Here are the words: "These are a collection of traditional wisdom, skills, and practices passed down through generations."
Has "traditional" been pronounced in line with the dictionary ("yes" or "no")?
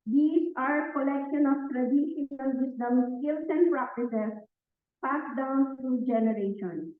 no